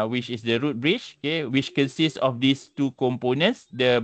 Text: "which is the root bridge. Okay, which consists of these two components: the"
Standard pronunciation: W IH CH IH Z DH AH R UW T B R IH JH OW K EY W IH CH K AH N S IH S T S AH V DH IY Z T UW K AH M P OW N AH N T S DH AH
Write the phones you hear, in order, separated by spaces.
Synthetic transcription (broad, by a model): W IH CH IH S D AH R UW T B R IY CH OW K EY W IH CH K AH N S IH S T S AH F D IY S T UW K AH M P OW N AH N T S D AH